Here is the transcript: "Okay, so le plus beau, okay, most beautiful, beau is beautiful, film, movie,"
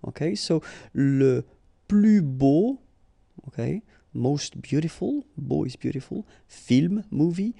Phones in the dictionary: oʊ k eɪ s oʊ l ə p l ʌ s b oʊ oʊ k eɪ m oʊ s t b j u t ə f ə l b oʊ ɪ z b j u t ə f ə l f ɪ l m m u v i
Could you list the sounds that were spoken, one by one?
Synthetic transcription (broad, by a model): oʊ k eɪ s oʊ l ə p l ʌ b oʊ oʊ k eɪ m oʊ s t b j u t ə f ə l b oʊ ɪ z b j u t ə f ə l f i l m m u v i